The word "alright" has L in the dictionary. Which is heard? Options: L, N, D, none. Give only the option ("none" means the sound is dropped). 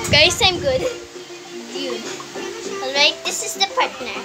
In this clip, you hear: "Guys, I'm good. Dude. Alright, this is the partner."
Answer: L